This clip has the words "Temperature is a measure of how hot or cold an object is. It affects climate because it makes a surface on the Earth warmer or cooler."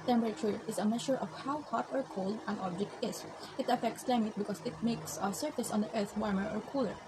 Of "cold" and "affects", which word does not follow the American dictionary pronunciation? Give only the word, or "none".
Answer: none